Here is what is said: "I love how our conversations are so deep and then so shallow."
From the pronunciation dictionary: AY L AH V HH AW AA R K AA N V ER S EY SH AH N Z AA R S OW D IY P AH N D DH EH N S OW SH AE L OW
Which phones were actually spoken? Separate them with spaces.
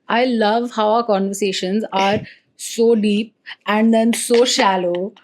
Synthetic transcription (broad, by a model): AY L AH V HH AW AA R K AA N V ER S EY SH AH N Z AA R S OW D IY P AH N D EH N S OW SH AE L OW